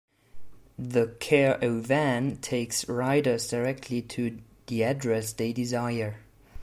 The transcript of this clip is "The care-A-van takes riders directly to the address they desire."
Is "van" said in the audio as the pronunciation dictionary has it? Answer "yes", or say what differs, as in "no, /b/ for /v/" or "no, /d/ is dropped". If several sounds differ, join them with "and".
yes